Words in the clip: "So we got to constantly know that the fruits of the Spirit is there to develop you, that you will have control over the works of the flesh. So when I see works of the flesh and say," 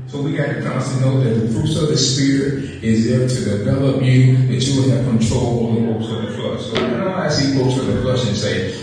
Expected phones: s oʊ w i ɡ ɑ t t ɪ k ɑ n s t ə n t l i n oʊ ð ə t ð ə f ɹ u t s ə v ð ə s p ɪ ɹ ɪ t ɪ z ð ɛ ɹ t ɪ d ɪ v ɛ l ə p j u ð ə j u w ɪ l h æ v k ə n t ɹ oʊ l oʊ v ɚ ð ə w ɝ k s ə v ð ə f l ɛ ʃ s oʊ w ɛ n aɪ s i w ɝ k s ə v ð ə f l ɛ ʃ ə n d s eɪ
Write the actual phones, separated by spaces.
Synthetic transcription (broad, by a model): s oʊ w i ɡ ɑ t t ɪ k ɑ s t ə n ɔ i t ð ə t ð ə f ɹ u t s ə v ð ə s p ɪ ɹ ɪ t ɪ z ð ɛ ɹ t ɪ d ɪ v ɛ l ə p j u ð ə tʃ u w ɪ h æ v k ə n t ɹ oʊ l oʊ ɚ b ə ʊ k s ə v ð ə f l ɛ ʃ s oʊ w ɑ aɪ s i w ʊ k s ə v ð ə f l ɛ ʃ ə n s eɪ